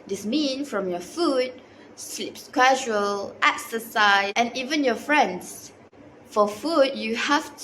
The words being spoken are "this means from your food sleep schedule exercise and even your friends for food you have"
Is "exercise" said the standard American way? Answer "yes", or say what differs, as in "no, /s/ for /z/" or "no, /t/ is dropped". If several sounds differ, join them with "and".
no, /z/ is dropped